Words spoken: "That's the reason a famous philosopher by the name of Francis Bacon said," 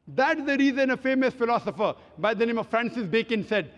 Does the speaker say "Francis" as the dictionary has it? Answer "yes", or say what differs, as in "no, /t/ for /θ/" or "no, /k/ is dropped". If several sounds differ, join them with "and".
yes